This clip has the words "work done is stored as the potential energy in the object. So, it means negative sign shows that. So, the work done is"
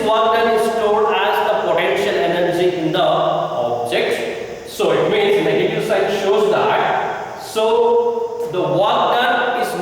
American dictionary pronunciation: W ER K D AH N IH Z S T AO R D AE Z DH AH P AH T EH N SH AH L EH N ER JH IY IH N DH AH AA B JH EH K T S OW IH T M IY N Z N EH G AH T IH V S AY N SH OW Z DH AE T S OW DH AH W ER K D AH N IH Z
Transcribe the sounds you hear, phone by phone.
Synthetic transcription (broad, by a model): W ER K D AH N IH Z S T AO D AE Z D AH P AH T EH N SH AH L EH N ER JH IY IH N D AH AA B JH EH K T S OW IH T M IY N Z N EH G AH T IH S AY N SH OW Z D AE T S OW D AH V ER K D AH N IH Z